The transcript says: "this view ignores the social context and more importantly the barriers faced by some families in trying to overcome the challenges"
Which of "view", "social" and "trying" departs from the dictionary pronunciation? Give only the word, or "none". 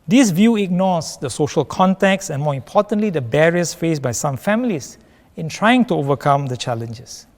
none